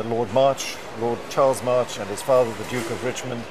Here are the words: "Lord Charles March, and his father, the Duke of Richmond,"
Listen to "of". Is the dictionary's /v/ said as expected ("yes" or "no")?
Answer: yes